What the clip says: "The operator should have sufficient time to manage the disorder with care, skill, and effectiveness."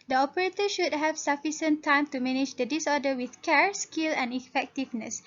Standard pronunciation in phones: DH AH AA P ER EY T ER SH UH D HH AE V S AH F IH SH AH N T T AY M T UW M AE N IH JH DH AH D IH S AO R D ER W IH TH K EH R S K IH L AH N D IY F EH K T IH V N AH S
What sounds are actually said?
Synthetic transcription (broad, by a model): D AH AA P ER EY T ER SH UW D HH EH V S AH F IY S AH N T T AY M T UW M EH N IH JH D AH D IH S AO D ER W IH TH K EH R S K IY L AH N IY F EH K T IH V N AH S